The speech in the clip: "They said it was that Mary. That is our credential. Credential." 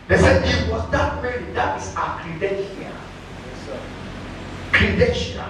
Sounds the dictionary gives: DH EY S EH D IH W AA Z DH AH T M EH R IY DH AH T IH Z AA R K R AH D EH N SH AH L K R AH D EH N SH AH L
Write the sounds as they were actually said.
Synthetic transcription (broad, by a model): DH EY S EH IH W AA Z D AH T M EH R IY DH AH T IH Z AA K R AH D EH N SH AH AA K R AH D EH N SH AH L